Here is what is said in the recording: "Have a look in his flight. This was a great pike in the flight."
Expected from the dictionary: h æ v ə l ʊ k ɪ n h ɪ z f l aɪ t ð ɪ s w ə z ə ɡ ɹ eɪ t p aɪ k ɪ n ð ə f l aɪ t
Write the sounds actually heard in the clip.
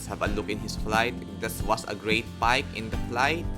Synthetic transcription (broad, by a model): h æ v ə l ʊ k ɪ n h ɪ s f l aɪ t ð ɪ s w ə s ə ɡ ɹ eɪ t p aɪ k ɪ n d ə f l aɪ t